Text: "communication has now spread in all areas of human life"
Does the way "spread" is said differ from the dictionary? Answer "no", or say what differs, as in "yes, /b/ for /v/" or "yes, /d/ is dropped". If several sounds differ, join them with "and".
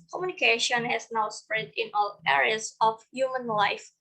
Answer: no